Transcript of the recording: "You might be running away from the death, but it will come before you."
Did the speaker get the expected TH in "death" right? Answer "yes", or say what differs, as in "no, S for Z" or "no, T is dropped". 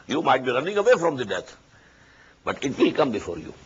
no, T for TH